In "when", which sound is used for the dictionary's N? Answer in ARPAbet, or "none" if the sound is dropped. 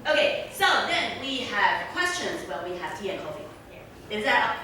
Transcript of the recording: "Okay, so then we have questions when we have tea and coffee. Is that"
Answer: L